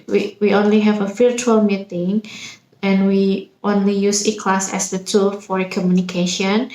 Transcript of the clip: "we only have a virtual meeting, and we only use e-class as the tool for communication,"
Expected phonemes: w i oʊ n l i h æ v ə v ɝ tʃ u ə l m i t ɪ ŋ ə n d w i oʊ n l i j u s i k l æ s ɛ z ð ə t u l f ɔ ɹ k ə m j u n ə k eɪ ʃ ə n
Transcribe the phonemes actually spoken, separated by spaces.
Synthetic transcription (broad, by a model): w i oʊ n l i h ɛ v ə f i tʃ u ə l m i t ɪ ŋ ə n w i oʊ n l i j u s i k l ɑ s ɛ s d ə t u l f ɔ ɹ k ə m j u n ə k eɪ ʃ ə n